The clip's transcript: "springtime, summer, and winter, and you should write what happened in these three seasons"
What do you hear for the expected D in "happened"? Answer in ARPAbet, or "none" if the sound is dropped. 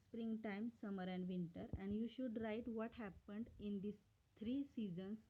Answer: D